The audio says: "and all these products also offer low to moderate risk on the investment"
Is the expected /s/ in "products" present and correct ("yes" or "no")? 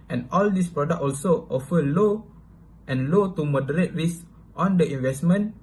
no